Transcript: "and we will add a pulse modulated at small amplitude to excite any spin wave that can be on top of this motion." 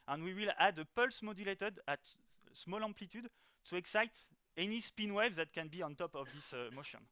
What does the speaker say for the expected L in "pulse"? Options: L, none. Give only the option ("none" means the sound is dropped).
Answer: L